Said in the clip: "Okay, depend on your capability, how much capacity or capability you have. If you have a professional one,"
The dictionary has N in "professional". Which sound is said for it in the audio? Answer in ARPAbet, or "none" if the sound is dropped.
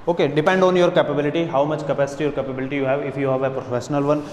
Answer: N